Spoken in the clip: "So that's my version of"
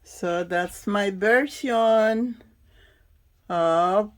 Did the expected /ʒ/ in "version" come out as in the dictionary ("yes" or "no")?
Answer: no